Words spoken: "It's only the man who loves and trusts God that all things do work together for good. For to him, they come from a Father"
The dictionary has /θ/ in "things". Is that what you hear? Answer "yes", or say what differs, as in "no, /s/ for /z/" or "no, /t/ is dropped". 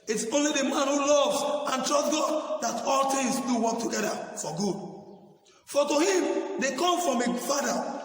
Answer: no, /t/ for /θ/